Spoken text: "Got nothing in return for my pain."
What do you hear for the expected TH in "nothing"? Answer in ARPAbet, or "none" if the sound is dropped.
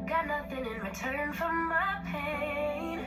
TH